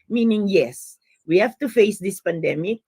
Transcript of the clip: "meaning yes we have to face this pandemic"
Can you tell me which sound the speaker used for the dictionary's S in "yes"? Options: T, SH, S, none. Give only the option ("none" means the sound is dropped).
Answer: S